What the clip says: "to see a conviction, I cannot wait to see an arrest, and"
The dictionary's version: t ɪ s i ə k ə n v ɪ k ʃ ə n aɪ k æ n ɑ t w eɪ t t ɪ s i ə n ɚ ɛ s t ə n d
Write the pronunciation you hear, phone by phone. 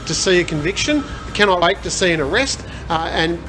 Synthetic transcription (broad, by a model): t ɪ s i ə k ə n v ɪ k ʃ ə n k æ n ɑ t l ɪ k t ɪ s i ə n ɚ ɛ s t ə n